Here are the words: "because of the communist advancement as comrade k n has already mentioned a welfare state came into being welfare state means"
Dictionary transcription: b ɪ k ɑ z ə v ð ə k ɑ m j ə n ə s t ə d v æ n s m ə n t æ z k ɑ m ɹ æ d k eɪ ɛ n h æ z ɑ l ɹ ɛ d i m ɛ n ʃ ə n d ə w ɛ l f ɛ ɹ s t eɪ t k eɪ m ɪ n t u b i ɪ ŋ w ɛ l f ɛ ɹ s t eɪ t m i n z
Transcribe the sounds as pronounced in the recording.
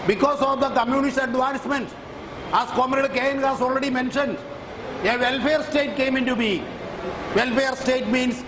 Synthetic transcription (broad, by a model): b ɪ k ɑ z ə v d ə k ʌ m j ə n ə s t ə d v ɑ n s m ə n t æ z k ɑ m ɹ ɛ d k eɪ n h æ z ɑ l ɹ ɛ d i m ɛ n ʃ ə n d ə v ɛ l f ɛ ɹ s t eɪ t k eɪ m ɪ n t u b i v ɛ l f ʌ ɹ s t eɪ t m i n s